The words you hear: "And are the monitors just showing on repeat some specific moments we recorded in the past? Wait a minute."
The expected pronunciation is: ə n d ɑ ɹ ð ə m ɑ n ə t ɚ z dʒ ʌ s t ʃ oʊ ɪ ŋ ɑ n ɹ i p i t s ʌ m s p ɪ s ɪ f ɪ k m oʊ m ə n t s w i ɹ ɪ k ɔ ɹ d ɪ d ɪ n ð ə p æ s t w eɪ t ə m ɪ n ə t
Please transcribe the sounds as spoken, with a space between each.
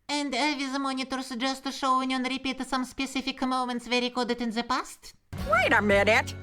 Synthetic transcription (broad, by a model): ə n d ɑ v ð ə m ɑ n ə t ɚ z dʒ ʌ s t ʃ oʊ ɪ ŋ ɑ n ɹ i p i t s ʌ m s p ɪ s ɪ f ɪ k m oʊ m ə n t s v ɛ ɹ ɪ k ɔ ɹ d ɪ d ɪ n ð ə p æ s t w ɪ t ə m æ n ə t